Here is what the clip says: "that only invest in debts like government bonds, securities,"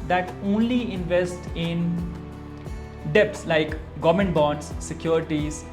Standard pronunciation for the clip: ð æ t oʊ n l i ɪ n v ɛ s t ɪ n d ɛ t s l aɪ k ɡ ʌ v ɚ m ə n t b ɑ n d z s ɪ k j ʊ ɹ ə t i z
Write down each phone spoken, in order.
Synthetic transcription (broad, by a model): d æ t oʊ n l i ɪ n v ɛ s t ɪ n d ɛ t s l aɪ k ɡ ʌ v m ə n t b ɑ n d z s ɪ k j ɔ ɹ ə t i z